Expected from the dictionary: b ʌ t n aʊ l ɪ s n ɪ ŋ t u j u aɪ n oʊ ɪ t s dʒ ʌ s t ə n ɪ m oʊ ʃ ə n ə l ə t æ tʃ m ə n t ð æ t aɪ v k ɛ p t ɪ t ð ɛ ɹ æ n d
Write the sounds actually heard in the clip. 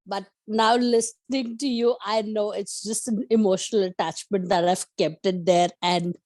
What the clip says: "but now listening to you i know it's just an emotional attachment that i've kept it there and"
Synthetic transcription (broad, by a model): b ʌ t n aʊ l ɪ s n ɪ ŋ t u j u aɪ n oʊ ɪ t s dʒ ʌ s t ə n ɪ m oʊ ʃ ə n ə l ə t æ tʃ m ə n t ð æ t aɪ v k ɛ p t ɪ t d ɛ ɹ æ n d